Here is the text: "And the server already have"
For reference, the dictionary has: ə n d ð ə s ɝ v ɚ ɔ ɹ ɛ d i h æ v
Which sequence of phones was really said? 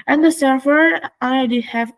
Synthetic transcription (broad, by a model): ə n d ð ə s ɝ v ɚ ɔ l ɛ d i h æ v